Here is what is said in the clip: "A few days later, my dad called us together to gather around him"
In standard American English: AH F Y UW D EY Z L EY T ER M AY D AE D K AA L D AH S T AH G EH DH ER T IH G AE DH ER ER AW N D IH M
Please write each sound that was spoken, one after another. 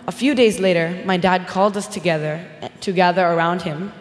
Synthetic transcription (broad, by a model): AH F Y UW D EY Z L EY T ER M AY D AE D K AA L D AH S T AH G EH DH ER T IH G AE DH ER ER AW N D IH M